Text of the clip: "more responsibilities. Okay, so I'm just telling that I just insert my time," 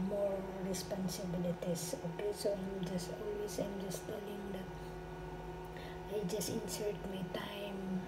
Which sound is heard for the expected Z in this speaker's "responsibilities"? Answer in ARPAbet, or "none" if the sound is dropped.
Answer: S